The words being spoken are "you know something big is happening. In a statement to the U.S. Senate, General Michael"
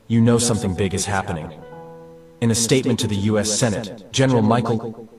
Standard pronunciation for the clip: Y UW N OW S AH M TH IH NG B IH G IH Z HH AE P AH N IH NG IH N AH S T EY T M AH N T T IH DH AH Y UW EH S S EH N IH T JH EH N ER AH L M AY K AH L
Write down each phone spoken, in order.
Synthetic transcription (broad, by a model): Y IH N OW S AH M TH IH NG B IH G IH Z HH AE P AH N IH NG IH N AH S T EY T M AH N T T IH DH AH Y UW EH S S EH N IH T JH EH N ER L M AY K L